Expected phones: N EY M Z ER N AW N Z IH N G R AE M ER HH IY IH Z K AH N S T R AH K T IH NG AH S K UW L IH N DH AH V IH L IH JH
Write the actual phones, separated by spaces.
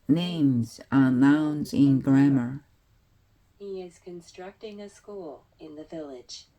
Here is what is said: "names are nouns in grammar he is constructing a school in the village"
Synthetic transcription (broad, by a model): N EY M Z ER N AW N Z IH N G R AE M ER HH IY IH Z K AH N S T R AH K T IH NG AH S K UW L IH N DH AH V IH L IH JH